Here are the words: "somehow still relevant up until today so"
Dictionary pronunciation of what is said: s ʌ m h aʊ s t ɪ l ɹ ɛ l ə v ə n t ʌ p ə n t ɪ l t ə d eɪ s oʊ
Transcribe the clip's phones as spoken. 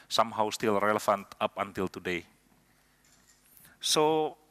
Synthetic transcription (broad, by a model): s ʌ m h aʊ s t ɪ l ɹ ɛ l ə f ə n t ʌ p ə n t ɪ l t ə d eɪ s oʊ